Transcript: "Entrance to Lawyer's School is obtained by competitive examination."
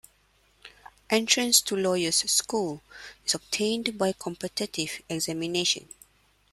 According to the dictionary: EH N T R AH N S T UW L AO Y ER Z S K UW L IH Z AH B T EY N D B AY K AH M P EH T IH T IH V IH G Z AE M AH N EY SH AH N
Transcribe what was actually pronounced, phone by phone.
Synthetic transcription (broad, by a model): EH N T R AH N S T UW L AO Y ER S K UW L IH S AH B T EY N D B AY K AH M P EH T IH T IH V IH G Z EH M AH N EY SH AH N